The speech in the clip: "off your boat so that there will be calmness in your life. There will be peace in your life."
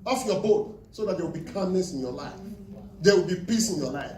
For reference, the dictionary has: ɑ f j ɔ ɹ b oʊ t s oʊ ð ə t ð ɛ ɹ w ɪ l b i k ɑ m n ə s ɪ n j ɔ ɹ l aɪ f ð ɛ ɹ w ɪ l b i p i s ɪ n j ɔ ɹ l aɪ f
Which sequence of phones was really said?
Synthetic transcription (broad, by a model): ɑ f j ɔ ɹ b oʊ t s oʊ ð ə t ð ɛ w ɪ l b i k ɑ n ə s ɪ n j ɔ l aɪ f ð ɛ w ɪ l b i p i s ɪ n j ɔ l aɪ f